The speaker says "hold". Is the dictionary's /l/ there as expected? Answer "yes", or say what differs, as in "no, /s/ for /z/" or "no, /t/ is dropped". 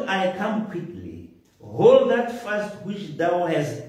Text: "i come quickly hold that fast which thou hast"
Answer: yes